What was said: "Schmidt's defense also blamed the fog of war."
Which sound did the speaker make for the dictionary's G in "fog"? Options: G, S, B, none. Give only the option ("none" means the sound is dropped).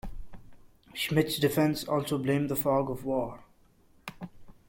G